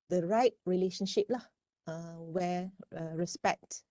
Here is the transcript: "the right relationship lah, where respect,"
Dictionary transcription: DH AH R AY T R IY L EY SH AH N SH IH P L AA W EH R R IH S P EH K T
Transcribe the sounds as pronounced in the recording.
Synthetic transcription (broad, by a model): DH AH R AY T R IY L EY SH AH N SH IH P L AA W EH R R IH S P EH K T